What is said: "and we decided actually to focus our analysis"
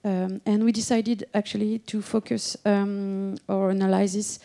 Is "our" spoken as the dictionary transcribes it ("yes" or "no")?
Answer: yes